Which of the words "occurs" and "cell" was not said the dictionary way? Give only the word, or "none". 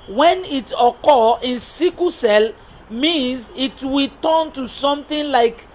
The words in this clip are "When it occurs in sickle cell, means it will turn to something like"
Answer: occurs